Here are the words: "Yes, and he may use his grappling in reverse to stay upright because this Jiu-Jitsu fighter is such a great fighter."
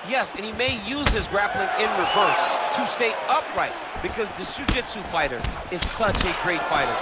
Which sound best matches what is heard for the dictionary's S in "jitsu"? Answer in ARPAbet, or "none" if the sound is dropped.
S